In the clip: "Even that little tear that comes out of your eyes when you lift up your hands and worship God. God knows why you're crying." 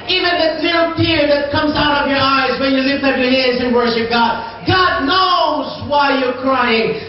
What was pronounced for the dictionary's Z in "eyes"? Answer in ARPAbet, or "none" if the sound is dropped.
Z